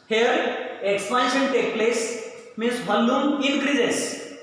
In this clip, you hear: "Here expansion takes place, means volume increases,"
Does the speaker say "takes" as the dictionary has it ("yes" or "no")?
no